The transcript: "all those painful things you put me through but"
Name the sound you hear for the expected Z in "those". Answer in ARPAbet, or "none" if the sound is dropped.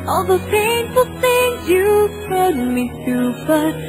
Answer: none